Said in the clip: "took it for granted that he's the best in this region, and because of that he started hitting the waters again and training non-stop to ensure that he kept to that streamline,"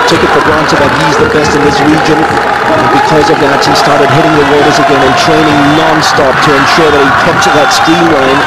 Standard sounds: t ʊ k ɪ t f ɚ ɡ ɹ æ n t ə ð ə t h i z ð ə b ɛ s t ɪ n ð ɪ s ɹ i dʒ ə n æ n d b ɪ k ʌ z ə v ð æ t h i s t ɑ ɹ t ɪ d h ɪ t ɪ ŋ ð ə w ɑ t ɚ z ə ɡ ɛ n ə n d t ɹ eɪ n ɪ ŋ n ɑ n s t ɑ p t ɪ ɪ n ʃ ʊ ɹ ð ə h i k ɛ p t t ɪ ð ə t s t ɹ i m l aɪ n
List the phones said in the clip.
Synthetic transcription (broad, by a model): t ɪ k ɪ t f ɚ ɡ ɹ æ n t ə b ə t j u z ð ə b ɛ s t ɪ n ð ɪ s ɹ i dʒ ə n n b ɪ k ʌ z ə v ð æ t h i s t ɑ ɹ t ɪ d h ɪ t ɪ ŋ ð ə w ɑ t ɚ z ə ɡ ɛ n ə n t ɹ eɪ n ɪ ŋ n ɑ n s t ɑ p t ɪ ɪ n ʃ ʊ ɹ ð ə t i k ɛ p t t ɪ ð ə t s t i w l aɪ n